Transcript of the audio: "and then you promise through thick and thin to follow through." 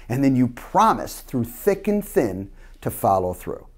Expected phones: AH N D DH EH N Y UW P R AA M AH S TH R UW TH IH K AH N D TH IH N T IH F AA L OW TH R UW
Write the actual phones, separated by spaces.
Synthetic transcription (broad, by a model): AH N DH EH N Y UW P R AA M AH S TH R UW TH IH K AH N TH IH N T IH F AA L OW TH R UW